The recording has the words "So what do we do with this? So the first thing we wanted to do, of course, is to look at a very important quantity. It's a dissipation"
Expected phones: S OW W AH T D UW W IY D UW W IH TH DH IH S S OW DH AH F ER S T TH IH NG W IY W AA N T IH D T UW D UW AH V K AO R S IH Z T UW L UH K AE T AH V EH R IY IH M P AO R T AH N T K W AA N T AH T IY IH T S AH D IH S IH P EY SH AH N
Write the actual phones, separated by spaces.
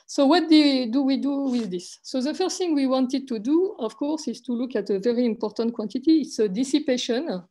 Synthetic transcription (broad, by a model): S OW W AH T D UW W IY D UW W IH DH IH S S OW DH AH F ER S T TH IH NG W IY W AA N T IH D T UW D UW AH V K AO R S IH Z T UW L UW K AE T AH V EH R IY IH M P AO R T AH N T K W AA N T AH T IY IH T S AH D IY S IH P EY SH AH N